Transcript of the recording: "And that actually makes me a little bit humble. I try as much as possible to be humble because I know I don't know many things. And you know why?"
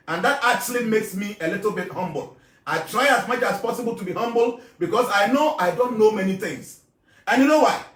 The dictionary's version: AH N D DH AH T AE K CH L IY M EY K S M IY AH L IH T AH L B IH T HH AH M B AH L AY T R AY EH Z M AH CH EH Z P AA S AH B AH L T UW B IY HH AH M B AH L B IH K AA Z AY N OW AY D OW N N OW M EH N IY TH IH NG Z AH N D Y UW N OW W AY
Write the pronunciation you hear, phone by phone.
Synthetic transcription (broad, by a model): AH N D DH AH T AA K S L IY M EY K S M IY AH L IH T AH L B IH T HH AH M B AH L AY T R AY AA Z M AH CH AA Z P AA S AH B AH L T UW B IY HH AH M B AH L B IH K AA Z AY N OW AY D OW N N OW M EH N IY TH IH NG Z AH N Y UW N OW W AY